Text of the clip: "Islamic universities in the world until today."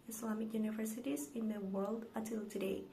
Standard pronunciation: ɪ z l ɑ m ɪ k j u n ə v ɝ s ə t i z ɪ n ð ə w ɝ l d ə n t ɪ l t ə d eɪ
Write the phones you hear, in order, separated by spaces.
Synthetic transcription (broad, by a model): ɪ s l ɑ m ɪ k j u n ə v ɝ s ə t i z ɪ n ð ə w ɝ l d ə t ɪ l t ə d eɪ